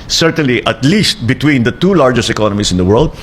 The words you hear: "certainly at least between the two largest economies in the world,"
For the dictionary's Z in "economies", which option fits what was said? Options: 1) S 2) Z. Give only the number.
1